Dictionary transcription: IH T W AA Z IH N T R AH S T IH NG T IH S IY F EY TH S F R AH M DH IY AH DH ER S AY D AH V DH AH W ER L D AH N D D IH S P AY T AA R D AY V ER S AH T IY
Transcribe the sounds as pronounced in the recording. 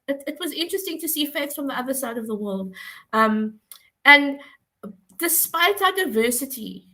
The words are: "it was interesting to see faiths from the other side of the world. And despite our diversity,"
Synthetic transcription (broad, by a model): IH T W AA Z IH N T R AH S T IH NG T IH S IY F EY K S F R AH M DH IY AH DH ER S AY D AH V DH AH W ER L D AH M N D IH S P AY T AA D AY V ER S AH T IY